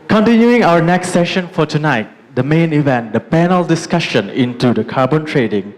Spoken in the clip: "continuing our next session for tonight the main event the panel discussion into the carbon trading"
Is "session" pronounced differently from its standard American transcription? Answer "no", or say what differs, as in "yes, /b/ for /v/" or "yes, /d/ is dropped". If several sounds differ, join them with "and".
no